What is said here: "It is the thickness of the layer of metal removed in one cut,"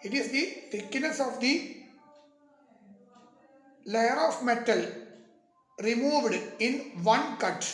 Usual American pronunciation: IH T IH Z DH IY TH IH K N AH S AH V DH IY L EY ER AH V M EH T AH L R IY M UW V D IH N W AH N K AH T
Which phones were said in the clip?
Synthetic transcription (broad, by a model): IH T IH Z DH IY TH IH K N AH S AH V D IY L EY ER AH F M EH T AH L R IY M UW V D IH N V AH N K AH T